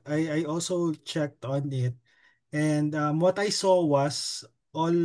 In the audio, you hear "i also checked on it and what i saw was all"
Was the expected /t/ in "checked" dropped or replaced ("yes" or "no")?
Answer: no